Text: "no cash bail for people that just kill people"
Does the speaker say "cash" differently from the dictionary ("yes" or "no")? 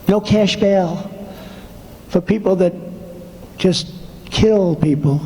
no